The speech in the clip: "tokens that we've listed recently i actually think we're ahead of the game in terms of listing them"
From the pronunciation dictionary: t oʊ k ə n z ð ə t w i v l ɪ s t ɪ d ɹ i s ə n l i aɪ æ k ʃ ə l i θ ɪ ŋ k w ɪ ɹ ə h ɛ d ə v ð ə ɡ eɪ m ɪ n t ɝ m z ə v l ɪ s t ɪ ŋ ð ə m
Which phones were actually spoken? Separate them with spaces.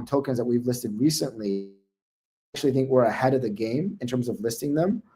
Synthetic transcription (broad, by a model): t oʊ k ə n z ð ə t w i v l ɪ s t ɪ d ɹ i s ə n l i k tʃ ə l i θ ɪ ŋ k w ɪ ɹ ə h ɛ d ə v ð ə ɡ eɪ m ɪ n t ɝ m z ə v l ɪ s t ɪ ŋ ð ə m